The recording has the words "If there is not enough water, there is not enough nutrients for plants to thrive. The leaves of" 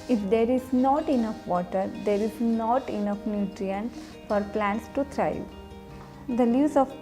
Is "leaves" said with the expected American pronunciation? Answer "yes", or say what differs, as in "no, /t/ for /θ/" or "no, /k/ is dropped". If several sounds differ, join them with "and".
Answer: no, /v/ is dropped